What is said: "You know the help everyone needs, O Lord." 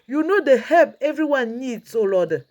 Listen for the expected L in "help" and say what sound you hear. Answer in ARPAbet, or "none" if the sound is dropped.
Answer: none